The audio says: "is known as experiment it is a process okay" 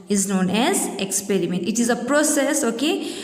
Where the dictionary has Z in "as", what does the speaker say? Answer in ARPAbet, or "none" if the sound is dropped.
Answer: Z